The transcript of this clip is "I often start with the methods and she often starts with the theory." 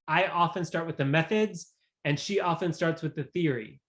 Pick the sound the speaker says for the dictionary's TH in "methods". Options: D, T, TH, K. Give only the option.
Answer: TH